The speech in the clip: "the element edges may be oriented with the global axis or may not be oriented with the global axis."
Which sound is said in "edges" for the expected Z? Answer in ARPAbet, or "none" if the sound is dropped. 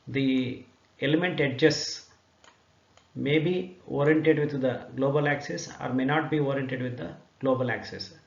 S